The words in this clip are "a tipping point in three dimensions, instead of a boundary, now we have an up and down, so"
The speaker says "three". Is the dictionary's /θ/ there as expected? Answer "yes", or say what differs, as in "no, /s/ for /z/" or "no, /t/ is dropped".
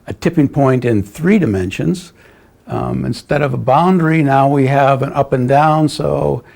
yes